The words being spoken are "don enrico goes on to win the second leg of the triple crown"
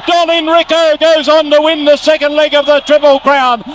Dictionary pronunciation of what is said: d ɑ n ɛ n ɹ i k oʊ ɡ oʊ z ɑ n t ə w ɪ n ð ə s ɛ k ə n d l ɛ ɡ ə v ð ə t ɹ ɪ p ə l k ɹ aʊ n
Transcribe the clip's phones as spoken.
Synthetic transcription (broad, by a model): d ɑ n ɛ n ɹ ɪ k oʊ ɡ oʊ z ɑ n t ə w ɪ n ð ə s ɛ k ə n d l ɛ ɡ ə v ð ə t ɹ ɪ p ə l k ɹ aʊ n